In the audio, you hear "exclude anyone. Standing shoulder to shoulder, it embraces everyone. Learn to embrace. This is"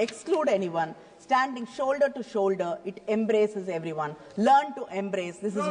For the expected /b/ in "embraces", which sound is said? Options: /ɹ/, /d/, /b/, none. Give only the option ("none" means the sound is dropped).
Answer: /b/